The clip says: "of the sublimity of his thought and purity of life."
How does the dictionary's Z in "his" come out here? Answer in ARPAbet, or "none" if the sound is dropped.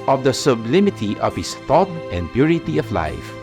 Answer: S